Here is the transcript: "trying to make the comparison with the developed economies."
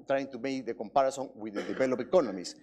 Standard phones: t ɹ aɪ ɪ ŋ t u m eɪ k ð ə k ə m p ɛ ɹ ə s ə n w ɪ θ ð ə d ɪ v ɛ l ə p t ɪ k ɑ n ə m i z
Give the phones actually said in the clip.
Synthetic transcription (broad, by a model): t ɹ aɪ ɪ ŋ t u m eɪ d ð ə k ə m p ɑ ɹ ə s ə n w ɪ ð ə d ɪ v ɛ l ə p ɪ k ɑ n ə m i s